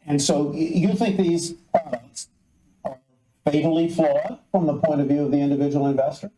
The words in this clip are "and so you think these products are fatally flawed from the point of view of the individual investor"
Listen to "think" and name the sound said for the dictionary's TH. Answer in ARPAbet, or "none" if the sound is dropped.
TH